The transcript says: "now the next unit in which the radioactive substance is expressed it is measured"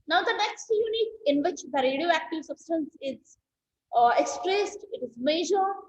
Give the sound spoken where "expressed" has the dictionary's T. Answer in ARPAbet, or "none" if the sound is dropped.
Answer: T